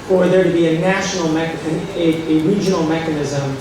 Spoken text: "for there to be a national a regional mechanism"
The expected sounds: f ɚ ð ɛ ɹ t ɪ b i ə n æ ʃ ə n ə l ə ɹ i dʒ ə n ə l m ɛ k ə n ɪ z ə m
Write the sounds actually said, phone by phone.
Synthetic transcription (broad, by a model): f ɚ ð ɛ ɹ t ɪ b i ə n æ ʃ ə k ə n ə ɹ i dʒ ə n l m ɛ k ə n ɪ z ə m